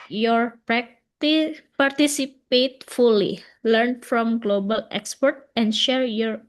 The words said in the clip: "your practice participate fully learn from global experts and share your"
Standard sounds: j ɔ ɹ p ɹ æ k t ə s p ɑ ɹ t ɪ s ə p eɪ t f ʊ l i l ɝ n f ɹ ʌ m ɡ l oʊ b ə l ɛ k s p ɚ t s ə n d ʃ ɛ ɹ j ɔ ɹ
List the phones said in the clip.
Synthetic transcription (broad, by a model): j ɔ ɹ p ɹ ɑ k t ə p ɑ ɹ t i s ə p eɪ t f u l i l ɝ n f ɹ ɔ m ɡ l oʊ b ə l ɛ k s p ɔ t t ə n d ʃ ɛ ɹ j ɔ ɹ